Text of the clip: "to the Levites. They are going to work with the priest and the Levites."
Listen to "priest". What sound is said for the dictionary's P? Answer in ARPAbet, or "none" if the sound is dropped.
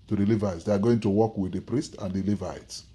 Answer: P